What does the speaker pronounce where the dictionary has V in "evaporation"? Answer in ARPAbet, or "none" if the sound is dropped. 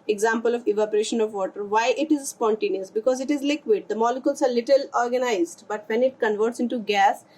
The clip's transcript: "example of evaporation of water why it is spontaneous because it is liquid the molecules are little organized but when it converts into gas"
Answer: V